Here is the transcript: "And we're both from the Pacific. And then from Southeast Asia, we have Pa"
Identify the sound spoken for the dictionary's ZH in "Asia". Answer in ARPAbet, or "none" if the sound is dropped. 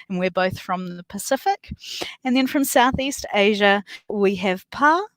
ZH